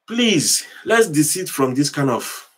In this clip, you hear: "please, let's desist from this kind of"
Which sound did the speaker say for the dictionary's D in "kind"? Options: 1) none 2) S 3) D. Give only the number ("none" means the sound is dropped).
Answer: 1